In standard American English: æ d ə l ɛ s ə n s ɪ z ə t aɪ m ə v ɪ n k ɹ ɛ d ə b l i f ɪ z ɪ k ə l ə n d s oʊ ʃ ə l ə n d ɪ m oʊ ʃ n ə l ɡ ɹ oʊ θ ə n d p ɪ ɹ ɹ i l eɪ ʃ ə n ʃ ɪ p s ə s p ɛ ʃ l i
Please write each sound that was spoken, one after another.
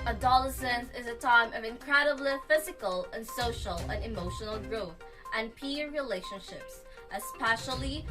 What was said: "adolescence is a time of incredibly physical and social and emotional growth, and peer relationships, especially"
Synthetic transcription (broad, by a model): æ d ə l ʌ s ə n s ɪ z ə t aɪ m ə v ɪ n k ɹ ɛ d ə b l i f ɪ z ɪ k ə l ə n s oʊ ʃ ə l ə n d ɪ m oʊ ʃ n l ɡ ɹ oʊ θ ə n p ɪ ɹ ɹ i l eɪ ʃ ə n ʃ ɪ p s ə s p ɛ ʃ l i